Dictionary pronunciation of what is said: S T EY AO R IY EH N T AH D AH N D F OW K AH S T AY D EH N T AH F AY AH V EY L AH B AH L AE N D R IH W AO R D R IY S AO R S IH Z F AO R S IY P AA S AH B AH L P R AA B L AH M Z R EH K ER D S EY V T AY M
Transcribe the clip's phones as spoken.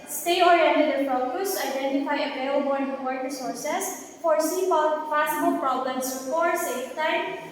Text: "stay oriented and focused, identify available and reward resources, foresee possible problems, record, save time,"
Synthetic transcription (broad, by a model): S T EY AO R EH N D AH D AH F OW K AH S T AY D EH N T AH F AY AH P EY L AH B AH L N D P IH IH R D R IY S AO R S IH S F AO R S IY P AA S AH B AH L P R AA B L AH M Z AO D S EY F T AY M